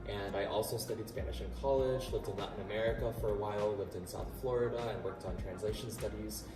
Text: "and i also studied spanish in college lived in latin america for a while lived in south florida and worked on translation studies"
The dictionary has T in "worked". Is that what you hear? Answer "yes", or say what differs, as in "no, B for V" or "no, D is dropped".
yes